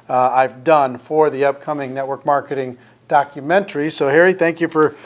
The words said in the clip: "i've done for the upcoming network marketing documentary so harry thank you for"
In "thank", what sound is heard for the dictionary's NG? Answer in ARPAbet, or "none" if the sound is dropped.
NG